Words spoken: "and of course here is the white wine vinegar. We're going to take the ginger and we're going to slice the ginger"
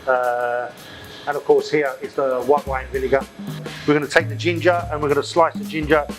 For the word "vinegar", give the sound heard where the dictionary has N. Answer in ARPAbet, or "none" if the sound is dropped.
L